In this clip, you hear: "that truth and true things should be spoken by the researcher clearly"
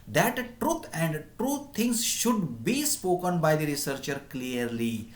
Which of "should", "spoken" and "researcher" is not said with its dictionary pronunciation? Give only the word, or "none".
none